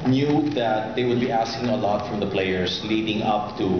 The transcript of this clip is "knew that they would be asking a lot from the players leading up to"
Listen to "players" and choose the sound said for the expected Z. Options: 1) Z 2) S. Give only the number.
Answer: 2